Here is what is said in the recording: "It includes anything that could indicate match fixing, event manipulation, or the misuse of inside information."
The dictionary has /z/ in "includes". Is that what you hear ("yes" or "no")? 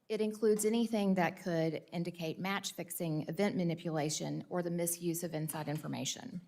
yes